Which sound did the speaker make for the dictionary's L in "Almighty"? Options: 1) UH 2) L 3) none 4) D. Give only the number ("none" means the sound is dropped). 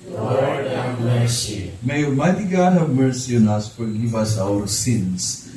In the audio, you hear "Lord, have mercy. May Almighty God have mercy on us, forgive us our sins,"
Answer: 3